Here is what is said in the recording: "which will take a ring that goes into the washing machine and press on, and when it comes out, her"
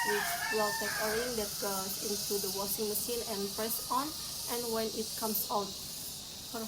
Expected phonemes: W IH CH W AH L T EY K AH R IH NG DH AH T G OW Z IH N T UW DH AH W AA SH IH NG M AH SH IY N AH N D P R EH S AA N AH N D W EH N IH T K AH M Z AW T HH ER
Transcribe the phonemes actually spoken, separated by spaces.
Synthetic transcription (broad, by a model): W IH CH W AH L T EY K AH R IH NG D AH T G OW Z IH N T UW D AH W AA S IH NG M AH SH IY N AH N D P R EH S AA N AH N W EH N IH T K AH M S AW T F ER